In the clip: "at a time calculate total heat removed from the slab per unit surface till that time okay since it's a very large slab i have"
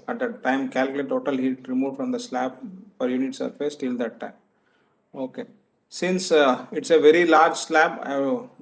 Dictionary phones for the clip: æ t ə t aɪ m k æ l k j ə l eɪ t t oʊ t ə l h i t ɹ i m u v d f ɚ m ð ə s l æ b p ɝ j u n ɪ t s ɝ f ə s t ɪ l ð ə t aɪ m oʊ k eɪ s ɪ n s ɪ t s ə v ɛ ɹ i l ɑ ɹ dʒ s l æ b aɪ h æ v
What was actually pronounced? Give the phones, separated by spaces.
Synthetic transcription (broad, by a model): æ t ə t aɪ m k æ l k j l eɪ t t oʊ t ə l h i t ɹ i m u f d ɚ m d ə s l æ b f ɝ j u n ɪ t s ɝ f ə s t ɪ l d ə t aɪ m oʊ k eɪ s ɪ n s ɪ t s ə v ɛ ɹ i l ɑ ɹ dʒ s l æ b aɪ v